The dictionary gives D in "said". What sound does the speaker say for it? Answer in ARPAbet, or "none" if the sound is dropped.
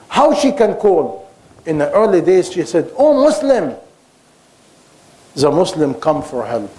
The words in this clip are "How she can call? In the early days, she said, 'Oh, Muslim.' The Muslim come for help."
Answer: D